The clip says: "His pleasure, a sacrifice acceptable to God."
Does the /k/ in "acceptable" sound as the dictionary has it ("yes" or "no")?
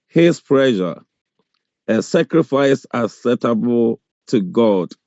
no